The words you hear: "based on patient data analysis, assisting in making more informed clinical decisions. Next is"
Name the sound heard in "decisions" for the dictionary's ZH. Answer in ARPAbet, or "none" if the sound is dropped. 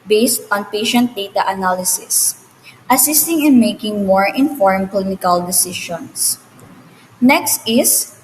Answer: SH